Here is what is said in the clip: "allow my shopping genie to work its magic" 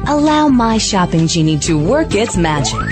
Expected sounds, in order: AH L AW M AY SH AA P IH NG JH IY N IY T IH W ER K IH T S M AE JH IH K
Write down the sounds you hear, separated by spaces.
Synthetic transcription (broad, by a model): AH L AW M AY SH AA P IH NG JH IY N IY T IH W ER K IH T S M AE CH